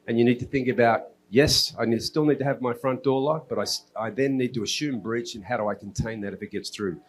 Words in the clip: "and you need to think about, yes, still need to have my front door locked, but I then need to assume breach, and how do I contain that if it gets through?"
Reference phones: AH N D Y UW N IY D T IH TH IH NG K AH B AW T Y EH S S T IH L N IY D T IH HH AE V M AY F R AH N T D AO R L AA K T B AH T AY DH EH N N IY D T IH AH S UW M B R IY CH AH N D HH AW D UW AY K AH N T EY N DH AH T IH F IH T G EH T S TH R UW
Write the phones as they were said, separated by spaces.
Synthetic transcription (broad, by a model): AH N Y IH N IY D T IH TH IH NG K AH B AW T Y EH S S T IH L N IY D T IH V M AY F R AH N D AO R L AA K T B AH T AY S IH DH N IY D T IH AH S UW M B R IY CH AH N HH AW D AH AY K N T EY N DH AH T IH F IH T G EH T S TH R UW